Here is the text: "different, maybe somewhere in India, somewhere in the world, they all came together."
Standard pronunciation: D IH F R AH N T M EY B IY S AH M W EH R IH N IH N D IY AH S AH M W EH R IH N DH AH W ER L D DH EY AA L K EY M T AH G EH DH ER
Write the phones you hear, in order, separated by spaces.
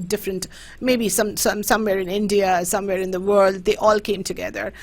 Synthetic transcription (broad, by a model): D IH F R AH N T M EY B IY S AH M W EH R IH N IH N D IY AH S AH M W EH R IH N DH AH W ER L D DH EY AA L K EY M T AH G EH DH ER